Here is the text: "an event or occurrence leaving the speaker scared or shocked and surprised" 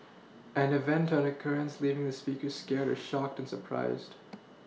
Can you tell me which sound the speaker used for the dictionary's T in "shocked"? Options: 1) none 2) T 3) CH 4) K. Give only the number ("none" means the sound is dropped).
2